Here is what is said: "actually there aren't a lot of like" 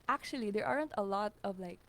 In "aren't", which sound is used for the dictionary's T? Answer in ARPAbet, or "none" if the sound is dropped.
T